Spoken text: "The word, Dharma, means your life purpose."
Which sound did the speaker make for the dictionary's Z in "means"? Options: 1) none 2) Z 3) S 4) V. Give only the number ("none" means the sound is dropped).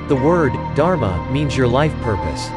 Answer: 2